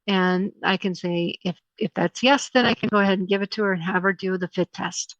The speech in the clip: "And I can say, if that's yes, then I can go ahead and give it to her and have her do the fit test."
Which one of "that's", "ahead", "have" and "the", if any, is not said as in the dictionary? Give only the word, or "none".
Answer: none